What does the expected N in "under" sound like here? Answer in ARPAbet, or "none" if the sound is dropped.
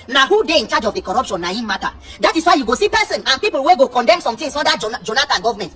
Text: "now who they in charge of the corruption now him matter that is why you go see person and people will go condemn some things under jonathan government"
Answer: none